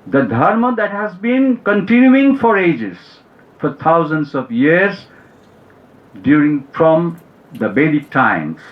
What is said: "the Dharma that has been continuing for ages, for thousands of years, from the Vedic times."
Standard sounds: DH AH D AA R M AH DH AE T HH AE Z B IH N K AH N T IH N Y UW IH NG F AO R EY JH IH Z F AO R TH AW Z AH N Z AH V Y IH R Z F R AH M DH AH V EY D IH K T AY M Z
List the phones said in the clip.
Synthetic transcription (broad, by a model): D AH D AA R M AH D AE T HH AE Z B IH N K AH N T IH N Y UW IH NG F AO R EY JH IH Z F AO R T AW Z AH N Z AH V Y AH R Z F R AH M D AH B EY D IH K T AY M